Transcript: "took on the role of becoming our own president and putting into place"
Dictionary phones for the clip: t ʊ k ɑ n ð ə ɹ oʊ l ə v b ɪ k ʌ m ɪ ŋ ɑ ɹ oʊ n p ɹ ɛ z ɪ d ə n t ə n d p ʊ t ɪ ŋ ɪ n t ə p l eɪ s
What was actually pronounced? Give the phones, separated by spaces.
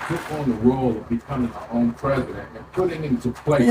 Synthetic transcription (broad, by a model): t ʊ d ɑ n ð ə ɹ oʊ l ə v b ɪ k ʌ m ɪ ŋ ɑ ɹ oʊ n p ɹ ɛ z ɪ d ə n t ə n p ʊ t ɪ ŋ ɪ n t ə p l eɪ